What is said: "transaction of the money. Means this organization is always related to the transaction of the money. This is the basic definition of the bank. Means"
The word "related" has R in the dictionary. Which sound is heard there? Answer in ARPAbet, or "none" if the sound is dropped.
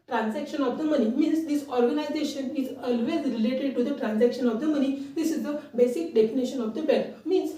R